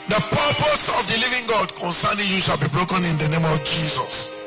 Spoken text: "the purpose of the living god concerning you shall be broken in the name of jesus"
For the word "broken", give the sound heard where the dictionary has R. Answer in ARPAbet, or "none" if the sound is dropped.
R